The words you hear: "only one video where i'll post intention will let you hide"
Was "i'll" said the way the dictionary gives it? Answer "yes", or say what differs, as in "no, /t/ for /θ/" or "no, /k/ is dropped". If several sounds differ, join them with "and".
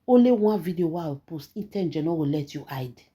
no, /w/ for /l/